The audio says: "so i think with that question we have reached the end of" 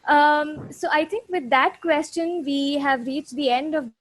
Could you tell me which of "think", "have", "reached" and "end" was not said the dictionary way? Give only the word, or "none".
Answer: think